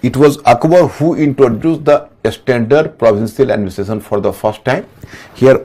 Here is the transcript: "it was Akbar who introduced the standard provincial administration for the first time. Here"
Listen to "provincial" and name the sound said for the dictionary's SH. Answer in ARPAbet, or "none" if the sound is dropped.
S